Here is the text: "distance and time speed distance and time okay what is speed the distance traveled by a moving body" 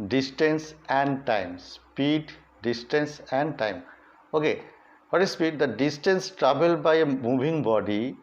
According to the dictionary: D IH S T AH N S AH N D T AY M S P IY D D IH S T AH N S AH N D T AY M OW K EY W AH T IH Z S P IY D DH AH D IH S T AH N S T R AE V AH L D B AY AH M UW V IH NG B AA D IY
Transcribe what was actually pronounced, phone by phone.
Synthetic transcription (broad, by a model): D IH S T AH N S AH N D T AY M S P IY D D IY S T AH N S AH N D T AY M OW K EY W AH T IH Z S P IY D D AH D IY S T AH N S T R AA B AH L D B AY AH M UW B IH NG B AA D IY